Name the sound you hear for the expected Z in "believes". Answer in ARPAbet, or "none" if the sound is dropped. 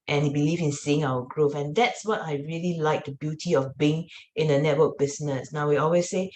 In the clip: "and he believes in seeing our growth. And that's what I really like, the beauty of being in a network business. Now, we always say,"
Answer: none